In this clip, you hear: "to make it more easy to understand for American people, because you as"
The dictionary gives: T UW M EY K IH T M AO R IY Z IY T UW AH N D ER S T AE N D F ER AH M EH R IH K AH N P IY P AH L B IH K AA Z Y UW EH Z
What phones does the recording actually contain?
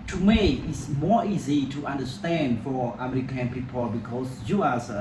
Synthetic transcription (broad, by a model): T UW M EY IH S M AO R IY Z IY T UW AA N D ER S T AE N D F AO AH M EH R IH K AH N P IY P AH L B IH K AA S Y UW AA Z